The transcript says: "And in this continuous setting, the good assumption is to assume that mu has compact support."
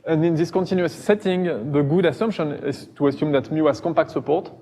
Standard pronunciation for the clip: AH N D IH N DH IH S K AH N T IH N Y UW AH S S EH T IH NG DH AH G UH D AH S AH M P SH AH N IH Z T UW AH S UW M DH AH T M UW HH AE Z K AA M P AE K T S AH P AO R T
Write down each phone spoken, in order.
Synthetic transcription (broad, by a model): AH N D IH N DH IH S K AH N T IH N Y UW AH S S EH T IH NG DH AH G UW D AH S AH M P SH AH N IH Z T UW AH S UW M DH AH T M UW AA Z K AA M P AE K T S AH P AO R T